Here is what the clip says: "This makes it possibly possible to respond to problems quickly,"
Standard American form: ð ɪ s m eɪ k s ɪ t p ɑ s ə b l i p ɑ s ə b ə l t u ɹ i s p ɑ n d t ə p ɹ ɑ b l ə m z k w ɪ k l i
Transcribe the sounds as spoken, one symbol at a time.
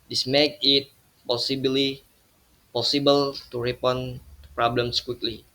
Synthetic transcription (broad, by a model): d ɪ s m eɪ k ɪ t p ɑ s ə b l i p ɑ s ə b ə l t u ɹ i p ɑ n p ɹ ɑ b l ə m s k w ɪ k l i